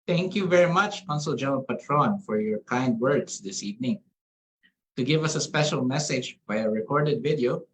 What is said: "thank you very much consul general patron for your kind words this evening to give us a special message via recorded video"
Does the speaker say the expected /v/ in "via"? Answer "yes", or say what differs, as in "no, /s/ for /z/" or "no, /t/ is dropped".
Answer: no, /b/ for /v/